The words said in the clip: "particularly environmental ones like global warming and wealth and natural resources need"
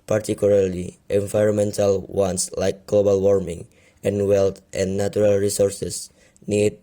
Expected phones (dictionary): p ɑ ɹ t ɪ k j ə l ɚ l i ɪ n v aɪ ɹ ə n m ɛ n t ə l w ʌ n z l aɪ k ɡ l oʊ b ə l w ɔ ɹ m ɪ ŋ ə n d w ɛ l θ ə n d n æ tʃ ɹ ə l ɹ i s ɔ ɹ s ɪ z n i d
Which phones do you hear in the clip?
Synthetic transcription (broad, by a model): p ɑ ɹ t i k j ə l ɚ l i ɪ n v aɪ ɹ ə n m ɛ n t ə l w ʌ n s l aɪ k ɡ l oʊ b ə l w ɔ ɹ m ɪ ŋ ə n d w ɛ l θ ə n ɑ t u ɹ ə l ɹ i s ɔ ɹ s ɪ s n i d